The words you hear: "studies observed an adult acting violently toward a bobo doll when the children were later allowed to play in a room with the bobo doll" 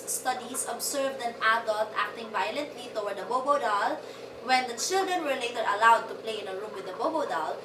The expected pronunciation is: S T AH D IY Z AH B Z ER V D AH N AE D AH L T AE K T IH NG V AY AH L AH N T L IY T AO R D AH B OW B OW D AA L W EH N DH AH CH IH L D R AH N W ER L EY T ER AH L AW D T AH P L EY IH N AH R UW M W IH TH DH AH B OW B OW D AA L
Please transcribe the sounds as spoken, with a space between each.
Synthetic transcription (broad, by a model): S T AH D IY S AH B S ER V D AH N AE D AH L T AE K T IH NG V AY AH L AH N T L IY T AO W D AH B OW B OW D AA L W EH N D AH CH IH L D R AH N W ER L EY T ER AH L AW D T AH P L EY IH N AH R UW M W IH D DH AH B OW B OW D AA L